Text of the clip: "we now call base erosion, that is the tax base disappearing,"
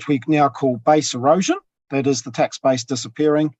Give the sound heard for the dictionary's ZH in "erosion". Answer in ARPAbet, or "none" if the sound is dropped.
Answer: ZH